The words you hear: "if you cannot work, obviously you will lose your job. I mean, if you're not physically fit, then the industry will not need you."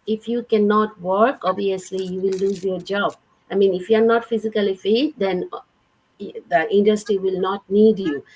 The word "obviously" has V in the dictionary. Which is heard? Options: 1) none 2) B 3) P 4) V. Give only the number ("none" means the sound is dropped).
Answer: 1